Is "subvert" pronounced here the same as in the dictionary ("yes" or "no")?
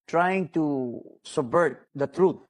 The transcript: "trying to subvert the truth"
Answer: no